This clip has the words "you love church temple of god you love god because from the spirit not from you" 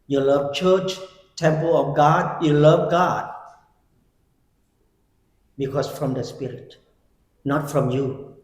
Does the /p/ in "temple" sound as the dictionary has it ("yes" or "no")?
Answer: yes